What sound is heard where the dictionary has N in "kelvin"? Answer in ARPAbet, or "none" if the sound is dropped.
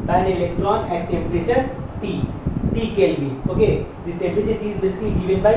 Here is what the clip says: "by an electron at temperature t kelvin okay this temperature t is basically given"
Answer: none